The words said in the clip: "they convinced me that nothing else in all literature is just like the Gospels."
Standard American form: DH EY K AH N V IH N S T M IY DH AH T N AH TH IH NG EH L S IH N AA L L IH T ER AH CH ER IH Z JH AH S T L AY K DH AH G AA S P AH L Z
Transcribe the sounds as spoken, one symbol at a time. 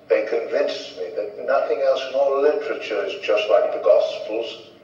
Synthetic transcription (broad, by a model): DH EY K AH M V IH N S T M IY DH AH T N AH TH IH NG EH L S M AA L L IH T ER AH CH ER IH Z JH AH S T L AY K DH AH G AA S P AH L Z